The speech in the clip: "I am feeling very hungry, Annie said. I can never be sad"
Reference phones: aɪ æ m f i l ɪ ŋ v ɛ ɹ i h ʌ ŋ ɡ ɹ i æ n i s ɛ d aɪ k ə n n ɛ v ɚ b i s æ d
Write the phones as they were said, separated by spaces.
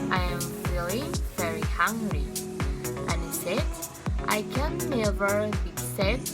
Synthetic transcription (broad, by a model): aɪ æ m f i l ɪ v ɛ ɹ i h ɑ ŋ ɡ ɹ i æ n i s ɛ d aɪ k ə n n ɛ v ɚ b i s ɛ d